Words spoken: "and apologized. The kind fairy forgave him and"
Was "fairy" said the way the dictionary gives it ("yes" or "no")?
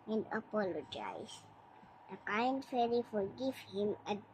no